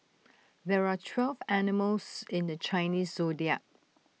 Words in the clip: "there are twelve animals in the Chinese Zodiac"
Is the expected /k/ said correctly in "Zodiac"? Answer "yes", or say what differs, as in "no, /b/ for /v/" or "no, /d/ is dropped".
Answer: no, /k/ is dropped